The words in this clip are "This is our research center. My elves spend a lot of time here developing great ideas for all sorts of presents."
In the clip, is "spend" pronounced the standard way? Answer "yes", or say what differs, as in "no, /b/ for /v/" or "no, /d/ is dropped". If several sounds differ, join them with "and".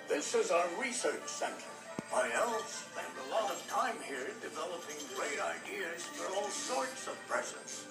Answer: no, /p/ is dropped